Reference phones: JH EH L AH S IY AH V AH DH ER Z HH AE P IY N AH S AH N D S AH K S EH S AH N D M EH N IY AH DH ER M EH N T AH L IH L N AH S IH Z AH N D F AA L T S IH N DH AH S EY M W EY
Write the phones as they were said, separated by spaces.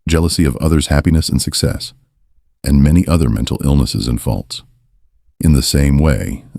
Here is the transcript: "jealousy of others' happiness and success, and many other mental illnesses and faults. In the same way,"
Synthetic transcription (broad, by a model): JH EH L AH S IY AH V AH DH ER Z HH AE P IY N AH S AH N S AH K S EH S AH N M EH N IY AH DH ER M EH N T L IH L N AH S IH Z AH N F AA L T S IH N DH AH S EY M W EY